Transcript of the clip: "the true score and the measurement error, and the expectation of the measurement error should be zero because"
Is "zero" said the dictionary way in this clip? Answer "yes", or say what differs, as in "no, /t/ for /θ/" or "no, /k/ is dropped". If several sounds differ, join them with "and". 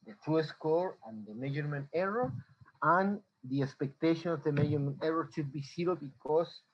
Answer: no, /s/ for /z/